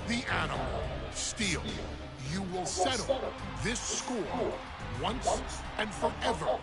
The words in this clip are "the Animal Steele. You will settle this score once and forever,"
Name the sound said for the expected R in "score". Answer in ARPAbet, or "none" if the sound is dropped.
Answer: L